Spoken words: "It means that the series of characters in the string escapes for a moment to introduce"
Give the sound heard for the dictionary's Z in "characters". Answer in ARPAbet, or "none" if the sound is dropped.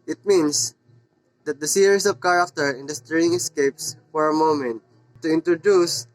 none